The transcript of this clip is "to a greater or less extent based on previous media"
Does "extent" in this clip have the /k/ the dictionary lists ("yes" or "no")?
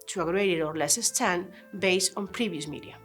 no